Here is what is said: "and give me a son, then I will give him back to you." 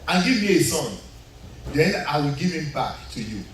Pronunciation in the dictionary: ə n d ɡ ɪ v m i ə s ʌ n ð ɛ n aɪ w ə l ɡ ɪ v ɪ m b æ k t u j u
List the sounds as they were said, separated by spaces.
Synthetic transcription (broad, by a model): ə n ɡ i v m i ə s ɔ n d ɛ n aɪ w ə l ɡ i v ɪ m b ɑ k t u j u